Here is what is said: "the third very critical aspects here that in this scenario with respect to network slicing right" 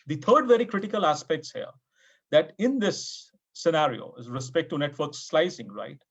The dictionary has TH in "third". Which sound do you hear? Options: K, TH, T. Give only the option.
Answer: T